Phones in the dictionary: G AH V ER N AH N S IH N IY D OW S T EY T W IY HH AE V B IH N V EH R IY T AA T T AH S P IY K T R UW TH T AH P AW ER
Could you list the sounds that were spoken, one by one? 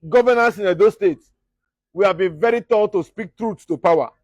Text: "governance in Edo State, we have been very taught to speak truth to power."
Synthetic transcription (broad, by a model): G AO V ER N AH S IH N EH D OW S T EY T W IY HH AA V B IH N V EH R IY T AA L T AH S P IY K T R UW S T AH P AW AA